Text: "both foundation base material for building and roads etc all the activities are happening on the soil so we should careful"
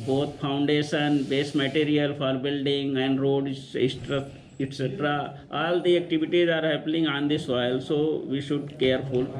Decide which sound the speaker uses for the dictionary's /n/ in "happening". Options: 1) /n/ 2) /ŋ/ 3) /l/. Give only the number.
3